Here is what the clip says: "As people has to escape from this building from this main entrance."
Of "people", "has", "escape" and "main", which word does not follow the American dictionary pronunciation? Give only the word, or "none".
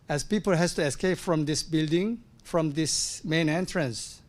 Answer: has